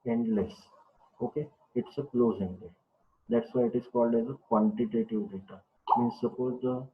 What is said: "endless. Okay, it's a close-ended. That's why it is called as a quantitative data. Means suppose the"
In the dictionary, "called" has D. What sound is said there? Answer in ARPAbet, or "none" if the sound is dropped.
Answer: D